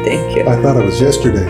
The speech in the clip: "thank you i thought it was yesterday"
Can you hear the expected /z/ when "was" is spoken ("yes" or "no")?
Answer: yes